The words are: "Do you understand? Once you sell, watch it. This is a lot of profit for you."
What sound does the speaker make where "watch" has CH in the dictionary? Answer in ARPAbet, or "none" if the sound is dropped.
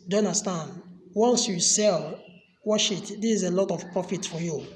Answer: SH